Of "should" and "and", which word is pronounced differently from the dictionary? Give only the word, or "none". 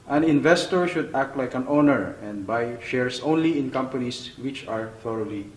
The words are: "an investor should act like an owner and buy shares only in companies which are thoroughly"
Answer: none